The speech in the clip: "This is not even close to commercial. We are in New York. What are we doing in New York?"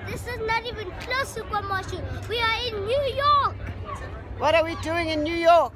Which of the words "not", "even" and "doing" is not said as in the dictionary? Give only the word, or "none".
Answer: none